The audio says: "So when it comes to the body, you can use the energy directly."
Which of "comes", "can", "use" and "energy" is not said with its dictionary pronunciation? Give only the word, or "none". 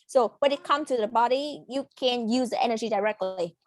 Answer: comes